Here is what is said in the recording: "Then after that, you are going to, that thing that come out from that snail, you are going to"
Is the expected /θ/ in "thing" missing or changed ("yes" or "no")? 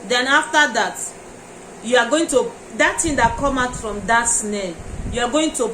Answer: yes